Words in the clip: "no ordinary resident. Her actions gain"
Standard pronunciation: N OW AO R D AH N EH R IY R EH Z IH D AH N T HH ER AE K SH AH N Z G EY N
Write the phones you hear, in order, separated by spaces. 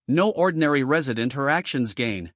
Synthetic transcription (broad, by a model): N OW AO R D N EH R IY R EH Z IH D AH N T HH ER AE K SH AH N Z G EY N